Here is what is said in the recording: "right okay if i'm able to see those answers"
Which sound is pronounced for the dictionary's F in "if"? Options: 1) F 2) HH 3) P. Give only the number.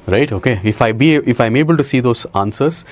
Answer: 1